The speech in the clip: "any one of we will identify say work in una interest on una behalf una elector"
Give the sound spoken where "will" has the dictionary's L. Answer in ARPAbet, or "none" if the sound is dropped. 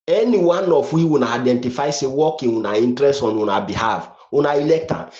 N